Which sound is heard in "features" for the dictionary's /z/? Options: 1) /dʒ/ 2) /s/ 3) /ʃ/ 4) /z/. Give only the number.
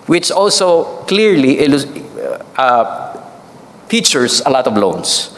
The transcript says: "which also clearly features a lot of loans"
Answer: 2